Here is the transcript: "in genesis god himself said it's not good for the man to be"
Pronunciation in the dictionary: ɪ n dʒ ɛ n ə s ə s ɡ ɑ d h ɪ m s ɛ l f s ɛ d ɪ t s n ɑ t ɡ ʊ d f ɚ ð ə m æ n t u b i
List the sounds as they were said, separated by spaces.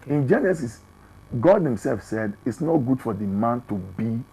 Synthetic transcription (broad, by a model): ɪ n dʒ ɛ n ə s ə s ɡ ɑ d h ɪ m s ɛ l f s ɛ d ɪ t s n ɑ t ɡ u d f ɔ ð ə m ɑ n t u b i